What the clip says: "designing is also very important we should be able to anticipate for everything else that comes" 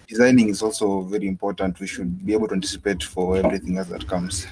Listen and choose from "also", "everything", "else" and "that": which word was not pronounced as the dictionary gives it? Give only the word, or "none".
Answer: none